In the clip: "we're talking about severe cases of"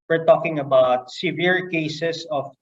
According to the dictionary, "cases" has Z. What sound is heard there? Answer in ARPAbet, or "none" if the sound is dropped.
S